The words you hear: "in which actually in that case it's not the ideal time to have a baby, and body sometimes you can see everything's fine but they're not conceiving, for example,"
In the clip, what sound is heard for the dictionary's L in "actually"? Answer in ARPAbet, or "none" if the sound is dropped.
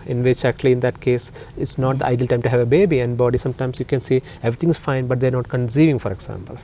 L